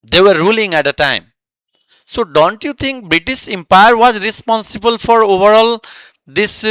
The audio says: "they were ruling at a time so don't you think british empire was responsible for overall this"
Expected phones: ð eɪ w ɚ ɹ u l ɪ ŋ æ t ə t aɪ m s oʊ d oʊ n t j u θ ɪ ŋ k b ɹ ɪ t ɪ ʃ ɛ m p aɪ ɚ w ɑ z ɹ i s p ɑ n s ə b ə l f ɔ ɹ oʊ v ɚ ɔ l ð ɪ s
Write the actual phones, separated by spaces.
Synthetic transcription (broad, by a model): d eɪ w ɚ ɹ u l ɪ ŋ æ t ə t aɪ m s oʊ d oʊ n t j u t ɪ ŋ k b ɹ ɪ t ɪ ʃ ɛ m p aɪ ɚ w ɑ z ɹ i s p ɑ n s ə b ə l f ɔ ɹ oʊ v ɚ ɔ l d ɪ s